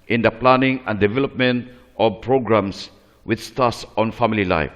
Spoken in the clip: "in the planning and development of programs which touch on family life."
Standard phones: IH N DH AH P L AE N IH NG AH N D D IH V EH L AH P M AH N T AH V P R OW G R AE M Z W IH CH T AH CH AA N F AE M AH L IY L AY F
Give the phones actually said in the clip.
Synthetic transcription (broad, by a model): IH N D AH P L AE N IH NG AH N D D IH V EH L AH P M AH N T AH P R OW G R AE M S W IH S T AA S AA N F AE M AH L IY L AY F